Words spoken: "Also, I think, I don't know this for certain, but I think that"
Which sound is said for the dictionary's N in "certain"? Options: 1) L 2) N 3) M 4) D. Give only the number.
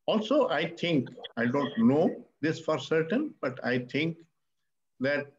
2